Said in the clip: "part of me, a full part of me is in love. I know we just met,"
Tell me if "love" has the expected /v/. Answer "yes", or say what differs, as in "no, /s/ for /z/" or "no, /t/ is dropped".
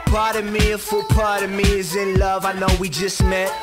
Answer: yes